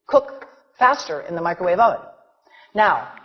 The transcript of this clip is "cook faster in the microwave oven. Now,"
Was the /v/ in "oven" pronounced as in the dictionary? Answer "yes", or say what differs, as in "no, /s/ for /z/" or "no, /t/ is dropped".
no, /v/ is dropped